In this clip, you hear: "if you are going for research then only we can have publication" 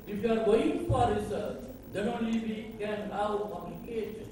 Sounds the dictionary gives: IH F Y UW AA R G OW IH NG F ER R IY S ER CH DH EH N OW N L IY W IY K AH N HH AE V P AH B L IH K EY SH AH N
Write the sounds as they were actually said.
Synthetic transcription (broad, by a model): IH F Y UW AA R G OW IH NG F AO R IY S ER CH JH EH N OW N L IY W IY K AH N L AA W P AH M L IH K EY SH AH N